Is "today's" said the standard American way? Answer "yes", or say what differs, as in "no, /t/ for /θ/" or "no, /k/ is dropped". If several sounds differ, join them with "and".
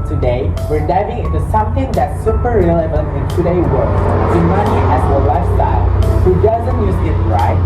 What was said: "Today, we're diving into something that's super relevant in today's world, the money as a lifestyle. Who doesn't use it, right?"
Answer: no, /z/ is dropped